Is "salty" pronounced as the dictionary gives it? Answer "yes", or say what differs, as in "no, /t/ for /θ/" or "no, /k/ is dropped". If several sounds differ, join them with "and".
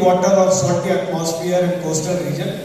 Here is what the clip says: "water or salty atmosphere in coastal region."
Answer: no, /l/ is dropped